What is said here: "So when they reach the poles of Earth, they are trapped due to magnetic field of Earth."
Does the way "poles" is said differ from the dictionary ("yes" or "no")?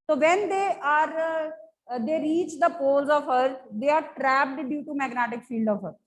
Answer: no